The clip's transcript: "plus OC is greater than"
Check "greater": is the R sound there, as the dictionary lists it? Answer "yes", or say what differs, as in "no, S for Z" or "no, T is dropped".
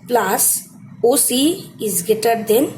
no, R is dropped